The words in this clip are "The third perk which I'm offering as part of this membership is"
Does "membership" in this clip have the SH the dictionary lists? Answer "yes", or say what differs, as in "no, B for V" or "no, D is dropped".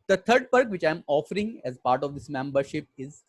yes